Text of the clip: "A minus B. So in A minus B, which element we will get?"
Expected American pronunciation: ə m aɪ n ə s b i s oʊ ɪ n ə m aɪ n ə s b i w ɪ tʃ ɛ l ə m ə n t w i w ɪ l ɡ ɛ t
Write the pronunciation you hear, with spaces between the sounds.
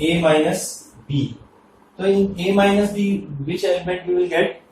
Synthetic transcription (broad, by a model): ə m aɪ n ə s b i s oʊ ɪ n ə m aɪ n ə s b i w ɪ tʃ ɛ ə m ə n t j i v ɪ l ɡ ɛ t